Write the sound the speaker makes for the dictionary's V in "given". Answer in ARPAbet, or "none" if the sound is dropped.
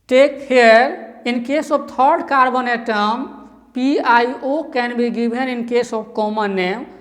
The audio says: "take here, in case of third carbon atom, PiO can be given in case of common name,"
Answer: B